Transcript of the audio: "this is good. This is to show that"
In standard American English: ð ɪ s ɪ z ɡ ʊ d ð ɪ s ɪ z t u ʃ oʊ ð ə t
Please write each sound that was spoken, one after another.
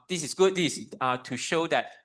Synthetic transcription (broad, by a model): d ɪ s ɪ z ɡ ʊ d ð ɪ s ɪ t u ʃ oʊ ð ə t